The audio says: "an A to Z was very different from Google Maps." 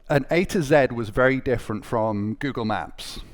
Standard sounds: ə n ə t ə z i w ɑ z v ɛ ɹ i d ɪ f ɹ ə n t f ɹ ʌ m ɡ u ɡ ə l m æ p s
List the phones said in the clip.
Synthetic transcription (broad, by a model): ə n ə t ə z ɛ w ɑ z v ɛ ɹ i d ɪ f ɹ ə n t f ɹ ʌ m ɡ u ɡ ə l m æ p s